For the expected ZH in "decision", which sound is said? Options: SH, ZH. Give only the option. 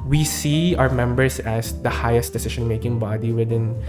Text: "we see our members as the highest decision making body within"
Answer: SH